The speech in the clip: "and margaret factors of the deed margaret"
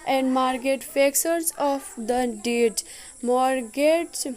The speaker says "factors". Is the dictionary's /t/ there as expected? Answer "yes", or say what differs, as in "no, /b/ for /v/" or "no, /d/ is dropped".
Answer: no, /s/ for /t/